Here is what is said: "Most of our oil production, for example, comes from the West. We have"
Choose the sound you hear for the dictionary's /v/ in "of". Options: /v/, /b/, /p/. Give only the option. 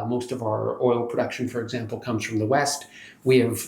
/v/